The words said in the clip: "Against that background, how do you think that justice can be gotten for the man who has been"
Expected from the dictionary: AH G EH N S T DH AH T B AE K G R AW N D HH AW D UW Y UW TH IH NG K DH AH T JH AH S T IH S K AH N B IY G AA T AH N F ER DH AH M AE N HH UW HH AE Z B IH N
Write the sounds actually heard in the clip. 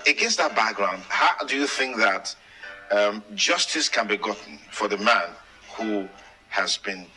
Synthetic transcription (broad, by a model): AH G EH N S DH AH T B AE K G R AW N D HH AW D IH Y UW TH IH NG K DH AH T JH AH S T IH S K AH N B IY G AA T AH N F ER DH AH M AE N HH UW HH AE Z B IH N